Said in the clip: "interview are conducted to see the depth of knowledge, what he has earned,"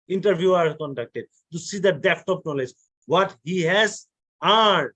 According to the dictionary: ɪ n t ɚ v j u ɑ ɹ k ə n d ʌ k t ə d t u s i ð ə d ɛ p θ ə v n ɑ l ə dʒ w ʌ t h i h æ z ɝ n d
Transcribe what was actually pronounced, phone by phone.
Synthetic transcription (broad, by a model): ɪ n t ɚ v j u ɑ ɹ k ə n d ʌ k t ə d t u s i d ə d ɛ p t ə p n ɑ l ə dʒ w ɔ t h i h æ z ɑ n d